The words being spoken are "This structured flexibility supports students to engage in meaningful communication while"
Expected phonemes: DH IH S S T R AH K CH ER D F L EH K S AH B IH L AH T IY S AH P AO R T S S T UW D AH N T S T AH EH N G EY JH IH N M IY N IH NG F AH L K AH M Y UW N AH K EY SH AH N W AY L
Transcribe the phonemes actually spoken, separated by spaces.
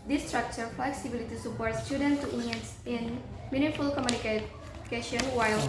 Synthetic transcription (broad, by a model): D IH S S T R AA K CH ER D F L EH K S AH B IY L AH T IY S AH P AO R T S S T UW D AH N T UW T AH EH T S IH N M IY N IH F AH L K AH M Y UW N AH K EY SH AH N W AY L